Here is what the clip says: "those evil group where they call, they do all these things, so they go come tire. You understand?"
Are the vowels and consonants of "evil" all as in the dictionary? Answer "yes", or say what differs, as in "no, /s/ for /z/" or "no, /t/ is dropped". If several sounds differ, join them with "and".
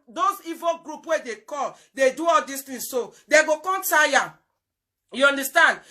yes